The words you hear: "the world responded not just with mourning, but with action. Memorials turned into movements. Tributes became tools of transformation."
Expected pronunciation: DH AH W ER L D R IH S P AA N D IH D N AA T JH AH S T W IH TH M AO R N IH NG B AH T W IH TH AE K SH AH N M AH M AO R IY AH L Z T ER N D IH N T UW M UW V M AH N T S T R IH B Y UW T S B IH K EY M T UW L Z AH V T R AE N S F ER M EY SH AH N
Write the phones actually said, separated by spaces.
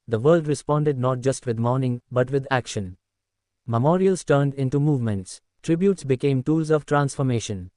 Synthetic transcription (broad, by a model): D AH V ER L D R IH S P AA N D IH D N AA T JH AH S T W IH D M AO R N IH NG B AH T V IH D AE K SH AH N M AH M AO R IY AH L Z T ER N D IH N T UW M UW V M AH N T S T R IH B Y UW T S B IH K EY M T UW L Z AH V T R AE N S F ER M EY SH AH N